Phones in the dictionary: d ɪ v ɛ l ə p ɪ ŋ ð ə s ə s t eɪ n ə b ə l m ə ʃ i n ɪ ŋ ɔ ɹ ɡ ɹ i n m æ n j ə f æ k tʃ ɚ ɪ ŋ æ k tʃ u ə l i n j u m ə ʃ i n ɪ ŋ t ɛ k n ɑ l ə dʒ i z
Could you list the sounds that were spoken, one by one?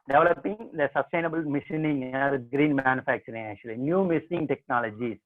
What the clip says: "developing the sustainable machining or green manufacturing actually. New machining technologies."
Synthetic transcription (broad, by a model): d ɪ v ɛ l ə p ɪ ŋ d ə s ə s t eɪ n ə b ə l m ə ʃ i n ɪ ŋ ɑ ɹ ɡ ɹ i n m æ n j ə f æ k tʃ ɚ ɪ ŋ æ k tʃ u ə l i n j u m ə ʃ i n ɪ ŋ t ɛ k n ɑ l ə dʒ i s